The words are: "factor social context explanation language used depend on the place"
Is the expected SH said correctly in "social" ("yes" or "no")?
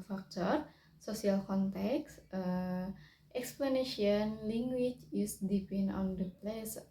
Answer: no